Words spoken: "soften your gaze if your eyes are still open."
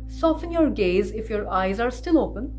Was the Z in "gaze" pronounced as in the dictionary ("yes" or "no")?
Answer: yes